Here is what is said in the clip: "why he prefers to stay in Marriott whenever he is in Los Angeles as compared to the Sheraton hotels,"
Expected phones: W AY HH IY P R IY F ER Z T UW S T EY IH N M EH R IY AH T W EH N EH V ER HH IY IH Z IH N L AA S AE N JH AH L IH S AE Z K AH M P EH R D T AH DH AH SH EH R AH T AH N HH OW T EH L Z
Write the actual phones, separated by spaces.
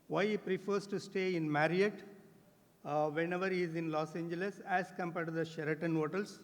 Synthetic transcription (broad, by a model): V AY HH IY P R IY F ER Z T UW S T EY IH N M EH R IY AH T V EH N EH V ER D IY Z IH N L AA S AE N JH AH L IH S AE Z K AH M P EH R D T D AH SH EH R AH T AH N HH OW T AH L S